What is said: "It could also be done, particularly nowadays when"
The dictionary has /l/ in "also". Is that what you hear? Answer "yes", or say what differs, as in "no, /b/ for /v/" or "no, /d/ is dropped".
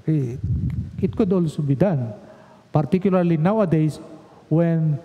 yes